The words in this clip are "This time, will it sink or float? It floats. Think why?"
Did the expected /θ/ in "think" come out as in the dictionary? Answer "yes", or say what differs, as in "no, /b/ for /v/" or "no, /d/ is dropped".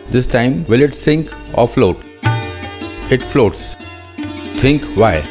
no, /t/ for /θ/